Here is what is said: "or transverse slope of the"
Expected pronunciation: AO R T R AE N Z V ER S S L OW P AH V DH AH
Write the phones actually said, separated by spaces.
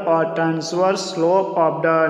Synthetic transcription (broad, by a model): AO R T R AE N S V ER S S L OW AH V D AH